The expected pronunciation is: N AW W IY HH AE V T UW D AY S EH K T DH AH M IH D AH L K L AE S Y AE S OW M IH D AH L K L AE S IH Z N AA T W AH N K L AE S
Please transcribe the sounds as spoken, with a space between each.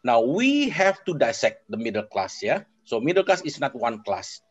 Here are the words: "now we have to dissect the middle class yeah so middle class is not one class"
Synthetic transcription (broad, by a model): N AW W IY HH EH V T UW D AY S EH K T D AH M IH D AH L K L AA S Y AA S OW M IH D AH L K L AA S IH S N AA T W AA N K L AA S